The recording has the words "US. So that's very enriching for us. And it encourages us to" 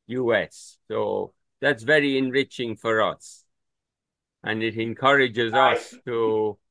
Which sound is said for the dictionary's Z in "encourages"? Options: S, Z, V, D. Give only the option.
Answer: Z